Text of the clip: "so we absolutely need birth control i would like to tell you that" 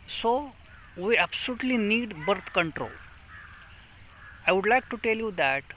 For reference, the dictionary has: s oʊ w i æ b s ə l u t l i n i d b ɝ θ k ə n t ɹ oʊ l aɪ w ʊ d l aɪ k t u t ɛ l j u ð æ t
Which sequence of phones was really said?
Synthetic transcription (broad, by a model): s oʊ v i æ b s ə l u t l i n i d b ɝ t k ə n t ɹ oʊ l aɪ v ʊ d l aɪ k t u t ɛ l j u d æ t